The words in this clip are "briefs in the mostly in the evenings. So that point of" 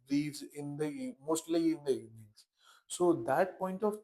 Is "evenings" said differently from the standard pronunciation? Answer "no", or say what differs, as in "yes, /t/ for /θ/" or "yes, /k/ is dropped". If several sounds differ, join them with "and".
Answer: yes, /v/ is dropped